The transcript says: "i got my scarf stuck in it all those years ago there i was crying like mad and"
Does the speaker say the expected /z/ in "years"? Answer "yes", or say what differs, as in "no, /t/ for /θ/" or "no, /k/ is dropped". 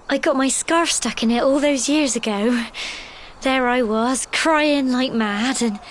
yes